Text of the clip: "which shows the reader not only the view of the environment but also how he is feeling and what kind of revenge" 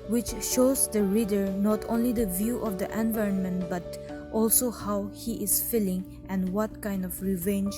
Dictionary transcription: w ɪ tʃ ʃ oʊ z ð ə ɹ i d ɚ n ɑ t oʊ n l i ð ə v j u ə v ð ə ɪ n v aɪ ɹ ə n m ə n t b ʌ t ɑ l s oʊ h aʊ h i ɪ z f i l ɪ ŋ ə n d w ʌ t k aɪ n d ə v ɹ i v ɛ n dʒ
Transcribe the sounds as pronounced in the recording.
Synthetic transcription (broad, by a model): w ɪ tʃ ʃ oʊ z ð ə ɹ i d ɚ n ɑ t oʊ n l i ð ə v j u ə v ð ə ɪ n v aɪ ɹ ə n m ə n t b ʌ t ɑ l s oʊ h aʊ h i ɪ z f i l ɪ ŋ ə n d w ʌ t k aɪ n d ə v ɹ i v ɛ n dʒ